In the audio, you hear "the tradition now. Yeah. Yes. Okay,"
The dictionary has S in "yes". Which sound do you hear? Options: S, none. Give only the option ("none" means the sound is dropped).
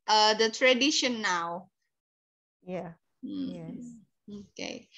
none